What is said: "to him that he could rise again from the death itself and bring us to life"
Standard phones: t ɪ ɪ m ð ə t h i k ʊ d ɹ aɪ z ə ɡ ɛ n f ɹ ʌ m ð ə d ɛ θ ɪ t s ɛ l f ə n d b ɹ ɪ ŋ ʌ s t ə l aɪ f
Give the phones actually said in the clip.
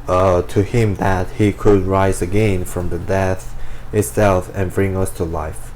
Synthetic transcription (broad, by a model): t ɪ ɪ m ð ə t h i k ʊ d ɹ aɪ z ə ɡ ɛ n f ɹ ʌ m ð ə d ɛ θ ɪ t s ɛ l f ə n b ɹ ɪ ŋ ʌ s t ə l aɪ f